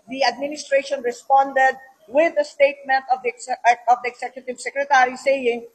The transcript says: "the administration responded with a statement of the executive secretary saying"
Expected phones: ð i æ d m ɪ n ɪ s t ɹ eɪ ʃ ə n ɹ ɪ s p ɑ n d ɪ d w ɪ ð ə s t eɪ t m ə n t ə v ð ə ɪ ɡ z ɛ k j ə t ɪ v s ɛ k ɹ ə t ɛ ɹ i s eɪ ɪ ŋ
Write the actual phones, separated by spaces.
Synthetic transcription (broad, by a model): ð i æ d m ɪ n ɪ s t ɹ eɪ ʃ ə n ɹ ɪ s p ɑ n d ɪ d w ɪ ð ə s t eɪ t m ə n t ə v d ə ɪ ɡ s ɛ k j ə t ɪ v s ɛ k ɹ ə t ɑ ɹ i s eɪ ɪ ŋ